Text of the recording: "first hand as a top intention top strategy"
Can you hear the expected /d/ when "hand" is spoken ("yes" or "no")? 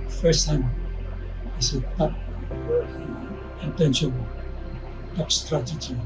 no